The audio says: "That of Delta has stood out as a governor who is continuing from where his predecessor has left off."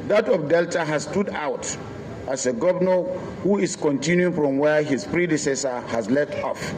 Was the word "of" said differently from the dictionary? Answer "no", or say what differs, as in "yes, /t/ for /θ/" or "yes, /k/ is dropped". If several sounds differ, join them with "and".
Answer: yes, /p/ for /v/